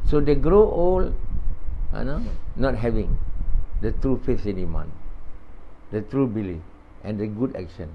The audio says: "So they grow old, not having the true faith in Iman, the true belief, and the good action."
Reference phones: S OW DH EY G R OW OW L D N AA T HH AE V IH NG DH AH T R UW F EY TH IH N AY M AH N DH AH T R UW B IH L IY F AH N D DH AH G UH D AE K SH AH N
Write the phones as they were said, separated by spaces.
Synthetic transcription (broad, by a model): S OW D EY G R OW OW L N N AA T HH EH V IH NG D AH T R UW F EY F IH N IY M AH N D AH T R UW B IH L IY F AH N D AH G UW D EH K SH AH N